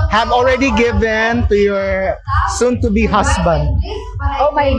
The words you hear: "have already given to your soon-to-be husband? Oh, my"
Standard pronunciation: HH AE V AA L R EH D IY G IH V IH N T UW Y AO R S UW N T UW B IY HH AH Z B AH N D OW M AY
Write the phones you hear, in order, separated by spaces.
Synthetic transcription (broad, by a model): HH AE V AA L R EH D IY G IH V IH N T UW Y AO R S UW N T UW B IY HH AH S B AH N D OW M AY